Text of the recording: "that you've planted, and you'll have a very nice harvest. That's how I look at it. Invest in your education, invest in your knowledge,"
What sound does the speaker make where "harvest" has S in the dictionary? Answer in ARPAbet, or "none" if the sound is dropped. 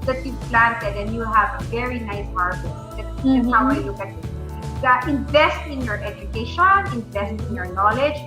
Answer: none